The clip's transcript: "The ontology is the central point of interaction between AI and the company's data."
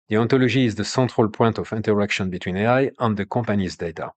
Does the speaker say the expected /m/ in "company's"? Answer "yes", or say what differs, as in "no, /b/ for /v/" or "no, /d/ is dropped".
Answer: no, /m/ is dropped